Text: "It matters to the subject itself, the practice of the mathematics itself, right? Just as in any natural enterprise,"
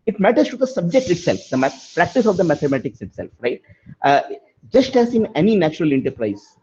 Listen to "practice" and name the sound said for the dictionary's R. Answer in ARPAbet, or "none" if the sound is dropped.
R